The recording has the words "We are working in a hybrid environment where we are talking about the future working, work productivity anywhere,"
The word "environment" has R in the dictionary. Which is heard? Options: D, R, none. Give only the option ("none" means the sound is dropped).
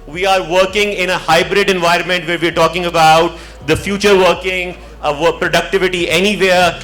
R